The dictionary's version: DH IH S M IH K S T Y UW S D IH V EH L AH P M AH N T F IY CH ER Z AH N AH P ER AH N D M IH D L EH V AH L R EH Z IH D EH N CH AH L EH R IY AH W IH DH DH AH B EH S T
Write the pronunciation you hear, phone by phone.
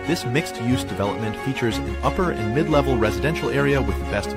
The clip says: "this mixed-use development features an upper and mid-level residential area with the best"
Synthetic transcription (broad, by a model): DH IH S M IH K S T Y UW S D IH V EH L AH P M AH N T F IY CH ER Z AH N AH P ER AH N M IH D L EH V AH L R EH Z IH D EH N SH L EH R IY AH W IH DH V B EH S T